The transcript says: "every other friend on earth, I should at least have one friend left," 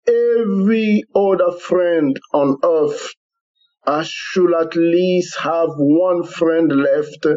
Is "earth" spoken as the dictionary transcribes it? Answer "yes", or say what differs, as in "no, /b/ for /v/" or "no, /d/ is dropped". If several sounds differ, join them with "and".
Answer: no, /f/ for /θ/